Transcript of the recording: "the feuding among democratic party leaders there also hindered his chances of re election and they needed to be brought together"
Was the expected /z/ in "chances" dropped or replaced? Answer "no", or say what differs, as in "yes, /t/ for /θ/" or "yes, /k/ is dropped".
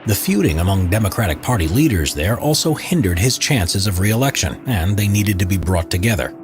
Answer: no